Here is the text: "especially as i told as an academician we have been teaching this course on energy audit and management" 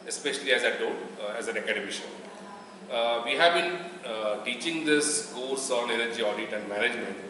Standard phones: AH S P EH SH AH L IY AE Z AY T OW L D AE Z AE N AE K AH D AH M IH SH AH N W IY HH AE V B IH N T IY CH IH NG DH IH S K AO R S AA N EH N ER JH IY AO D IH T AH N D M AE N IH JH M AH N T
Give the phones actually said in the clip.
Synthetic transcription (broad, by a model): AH S P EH SH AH L IY AE Z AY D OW D AE Z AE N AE K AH D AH M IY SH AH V IY HH AE V B IH N T IY CH IH NG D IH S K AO L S AA N EH N ER JH IY AO D IH T AH N D M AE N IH JH M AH N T